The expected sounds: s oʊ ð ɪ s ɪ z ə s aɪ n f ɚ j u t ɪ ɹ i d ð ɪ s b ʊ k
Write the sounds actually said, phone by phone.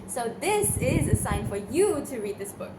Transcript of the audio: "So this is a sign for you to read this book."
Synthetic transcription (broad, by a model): s oʊ ð ɪ s ɪ z ə s aɪ n f ɚ j u t ɪ ɹ i d ð ɪ s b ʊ k